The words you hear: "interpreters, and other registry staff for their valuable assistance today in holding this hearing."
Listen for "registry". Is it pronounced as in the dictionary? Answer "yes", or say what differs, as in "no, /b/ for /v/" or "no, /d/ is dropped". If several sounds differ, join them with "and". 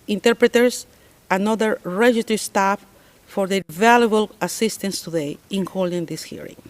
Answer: no, /s/ is dropped and /ɹ/ is dropped